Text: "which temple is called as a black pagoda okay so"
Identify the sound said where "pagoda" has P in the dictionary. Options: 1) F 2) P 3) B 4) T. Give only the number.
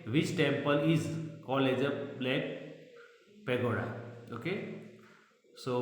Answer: 2